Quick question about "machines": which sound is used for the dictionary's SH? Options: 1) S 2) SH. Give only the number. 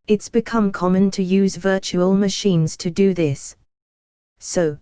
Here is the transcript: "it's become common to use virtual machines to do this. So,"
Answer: 2